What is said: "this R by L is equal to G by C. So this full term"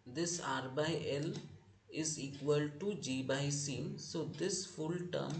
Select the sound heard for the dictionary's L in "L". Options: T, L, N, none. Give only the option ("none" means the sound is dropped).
L